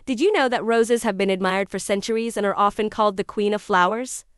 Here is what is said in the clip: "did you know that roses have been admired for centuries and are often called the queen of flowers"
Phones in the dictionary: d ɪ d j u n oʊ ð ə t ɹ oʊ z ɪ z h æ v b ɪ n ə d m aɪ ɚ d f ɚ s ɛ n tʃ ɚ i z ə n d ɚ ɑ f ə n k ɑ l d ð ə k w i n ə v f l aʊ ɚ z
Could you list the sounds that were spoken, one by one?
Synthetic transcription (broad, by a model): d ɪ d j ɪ n oʊ ð ə t ɹ oʊ z ɪ z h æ v b ɪ n ə d m aɪ ɚ d f ɚ s ɛ n tʃ ɚ i z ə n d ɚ ɑ f ə n k ɑ l d ð ə k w i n ə v f l aʊ ɚ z